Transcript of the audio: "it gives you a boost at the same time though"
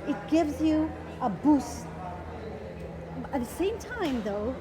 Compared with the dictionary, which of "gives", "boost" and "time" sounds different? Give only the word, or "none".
boost